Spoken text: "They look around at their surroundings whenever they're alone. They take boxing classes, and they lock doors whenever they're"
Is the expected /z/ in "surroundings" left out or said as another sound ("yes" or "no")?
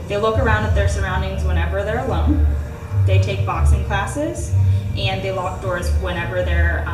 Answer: no